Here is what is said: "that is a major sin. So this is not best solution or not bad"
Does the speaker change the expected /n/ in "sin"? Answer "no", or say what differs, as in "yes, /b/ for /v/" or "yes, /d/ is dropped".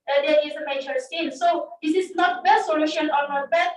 yes, /l/ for /n/